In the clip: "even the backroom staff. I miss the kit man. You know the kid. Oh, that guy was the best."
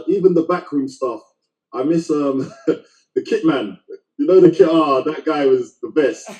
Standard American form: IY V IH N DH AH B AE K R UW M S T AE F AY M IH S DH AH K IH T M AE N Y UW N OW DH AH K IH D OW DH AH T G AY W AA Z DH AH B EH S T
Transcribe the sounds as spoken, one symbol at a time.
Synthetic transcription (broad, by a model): IY V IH N DH AH B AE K R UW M S T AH F AY M IH S DH AH K IH T M AE N Y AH N OW DH AH K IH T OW DH AH T G AY W AA Z DH AH B EH S T